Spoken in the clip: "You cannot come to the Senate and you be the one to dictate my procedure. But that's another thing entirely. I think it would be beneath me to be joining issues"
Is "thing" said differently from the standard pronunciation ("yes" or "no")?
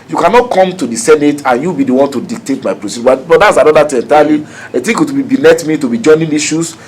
yes